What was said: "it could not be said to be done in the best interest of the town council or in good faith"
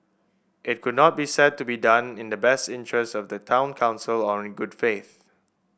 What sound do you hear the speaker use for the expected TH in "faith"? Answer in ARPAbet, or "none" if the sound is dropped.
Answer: TH